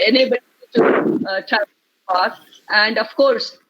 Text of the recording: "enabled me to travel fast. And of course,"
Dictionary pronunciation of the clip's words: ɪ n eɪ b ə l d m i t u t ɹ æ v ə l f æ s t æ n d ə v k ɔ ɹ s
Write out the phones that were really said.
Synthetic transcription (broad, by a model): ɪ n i b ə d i t u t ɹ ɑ ə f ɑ t æ n d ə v k ɔ ɹ s